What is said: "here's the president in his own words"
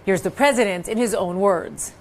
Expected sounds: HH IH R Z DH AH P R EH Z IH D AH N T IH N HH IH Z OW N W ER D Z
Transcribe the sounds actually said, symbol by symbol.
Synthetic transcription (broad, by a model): HH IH R Z DH AH P R EH Z IH D AH N T IH N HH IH Z OW N W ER D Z